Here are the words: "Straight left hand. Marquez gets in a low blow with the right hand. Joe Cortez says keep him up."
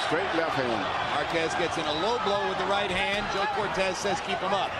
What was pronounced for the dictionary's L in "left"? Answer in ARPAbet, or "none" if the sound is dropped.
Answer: L